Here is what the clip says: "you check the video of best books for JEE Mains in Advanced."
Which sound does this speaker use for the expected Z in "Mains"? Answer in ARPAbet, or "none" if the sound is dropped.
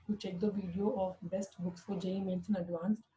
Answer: S